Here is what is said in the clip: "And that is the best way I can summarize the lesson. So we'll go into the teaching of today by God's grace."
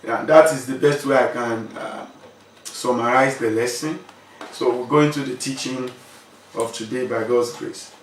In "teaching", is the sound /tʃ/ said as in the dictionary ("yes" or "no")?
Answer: yes